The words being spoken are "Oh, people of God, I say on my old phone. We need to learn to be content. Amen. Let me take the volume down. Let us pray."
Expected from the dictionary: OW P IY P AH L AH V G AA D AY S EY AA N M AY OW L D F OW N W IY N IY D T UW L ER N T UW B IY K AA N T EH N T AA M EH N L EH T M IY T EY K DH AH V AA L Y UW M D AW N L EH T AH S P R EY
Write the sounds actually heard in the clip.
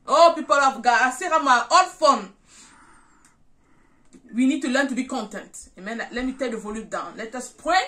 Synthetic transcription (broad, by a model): OW P IY P AH L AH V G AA AY S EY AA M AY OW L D F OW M W IY N IY D T UW L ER N T UW B IY K AA N T EH N T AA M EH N L EH T M IY T EY K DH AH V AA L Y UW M D AW N L EH T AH S P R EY